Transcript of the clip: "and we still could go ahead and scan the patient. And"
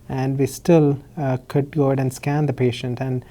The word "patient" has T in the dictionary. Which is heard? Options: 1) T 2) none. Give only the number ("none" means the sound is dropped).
1